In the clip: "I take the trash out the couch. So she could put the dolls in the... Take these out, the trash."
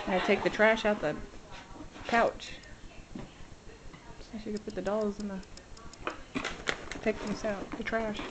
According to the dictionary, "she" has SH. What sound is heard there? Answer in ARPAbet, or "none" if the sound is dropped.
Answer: S